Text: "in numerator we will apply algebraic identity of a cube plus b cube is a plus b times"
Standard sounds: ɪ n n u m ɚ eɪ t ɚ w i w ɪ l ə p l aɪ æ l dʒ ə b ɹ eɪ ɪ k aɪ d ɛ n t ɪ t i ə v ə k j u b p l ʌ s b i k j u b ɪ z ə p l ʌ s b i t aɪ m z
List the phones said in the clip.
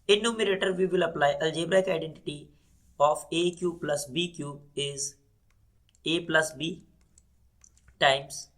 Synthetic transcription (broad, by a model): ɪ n n u m ɚ eɪ t ɚ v i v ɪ l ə p l aɪ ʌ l dʒ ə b ɹ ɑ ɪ k aɪ d ɛ n t ɪ t i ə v ə k j u p l ʌ s b i k j u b ɪ z ə p l ʌ s b i t aɪ m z